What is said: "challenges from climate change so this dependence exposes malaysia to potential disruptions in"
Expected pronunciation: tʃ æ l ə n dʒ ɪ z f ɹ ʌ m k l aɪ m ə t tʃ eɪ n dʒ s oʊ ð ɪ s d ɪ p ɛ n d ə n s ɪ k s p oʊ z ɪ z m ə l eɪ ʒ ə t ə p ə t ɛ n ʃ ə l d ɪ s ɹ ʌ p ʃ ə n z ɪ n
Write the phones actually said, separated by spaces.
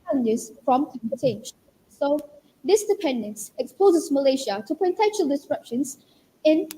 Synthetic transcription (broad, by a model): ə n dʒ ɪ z f ɹ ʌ m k aɪ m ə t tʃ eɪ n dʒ s oʊ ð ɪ s d ɪ p ɛ n d ə n s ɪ k s p oʊ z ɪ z m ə l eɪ ʃ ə t ə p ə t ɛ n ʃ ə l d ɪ s ɹ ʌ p ʃ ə n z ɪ n